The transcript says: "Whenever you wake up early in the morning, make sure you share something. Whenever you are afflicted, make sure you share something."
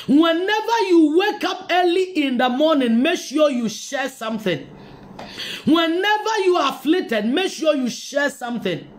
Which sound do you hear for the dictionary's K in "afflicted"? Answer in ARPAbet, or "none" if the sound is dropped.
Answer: none